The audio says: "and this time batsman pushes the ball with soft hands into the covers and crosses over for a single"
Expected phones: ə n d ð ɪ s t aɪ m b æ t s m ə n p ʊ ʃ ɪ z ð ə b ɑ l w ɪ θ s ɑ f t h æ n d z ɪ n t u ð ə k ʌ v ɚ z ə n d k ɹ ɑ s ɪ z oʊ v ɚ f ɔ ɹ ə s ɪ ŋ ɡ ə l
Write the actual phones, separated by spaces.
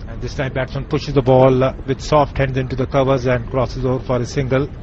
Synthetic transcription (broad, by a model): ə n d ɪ s t aɪ m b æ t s ə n p ʊ ʃ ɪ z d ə b ɑ l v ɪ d s ɑ f t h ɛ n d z ɪ n t u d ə k ʌ v ɚ z ə n d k ɹ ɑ s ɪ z oʊ v ɚ f ɔ ɹ ə s ɪ ŋ ɡ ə l